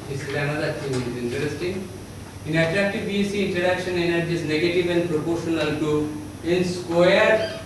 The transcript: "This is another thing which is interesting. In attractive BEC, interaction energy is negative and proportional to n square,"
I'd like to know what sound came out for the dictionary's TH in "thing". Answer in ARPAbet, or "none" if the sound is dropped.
T